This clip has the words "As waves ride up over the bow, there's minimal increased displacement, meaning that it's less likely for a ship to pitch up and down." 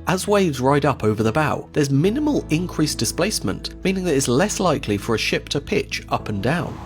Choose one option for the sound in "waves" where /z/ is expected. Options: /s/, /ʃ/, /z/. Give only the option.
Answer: /z/